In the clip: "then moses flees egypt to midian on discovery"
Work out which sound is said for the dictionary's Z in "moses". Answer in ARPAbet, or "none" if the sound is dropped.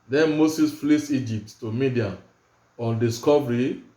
S